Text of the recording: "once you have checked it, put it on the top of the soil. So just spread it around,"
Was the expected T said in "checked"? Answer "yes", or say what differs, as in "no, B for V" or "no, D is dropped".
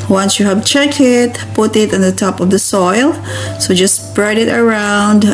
no, T is dropped